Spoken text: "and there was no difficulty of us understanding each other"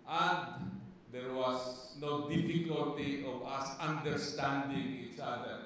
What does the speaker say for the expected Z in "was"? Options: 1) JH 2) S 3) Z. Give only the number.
2